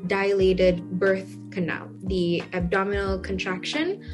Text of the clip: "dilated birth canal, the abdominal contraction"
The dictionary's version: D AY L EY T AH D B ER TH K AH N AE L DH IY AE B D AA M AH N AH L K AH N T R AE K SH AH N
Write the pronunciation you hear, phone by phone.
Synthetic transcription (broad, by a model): D AY L EY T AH D B ER TH K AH N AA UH DH IY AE B D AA M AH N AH L K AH N T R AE K SH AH N